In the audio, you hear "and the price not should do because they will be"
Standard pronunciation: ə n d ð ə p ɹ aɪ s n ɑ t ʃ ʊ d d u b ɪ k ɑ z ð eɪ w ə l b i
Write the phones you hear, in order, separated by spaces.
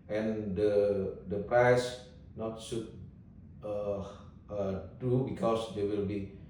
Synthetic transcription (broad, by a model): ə n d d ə p ɹ aɪ s n ɑ t s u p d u b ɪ k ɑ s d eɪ w ə l b i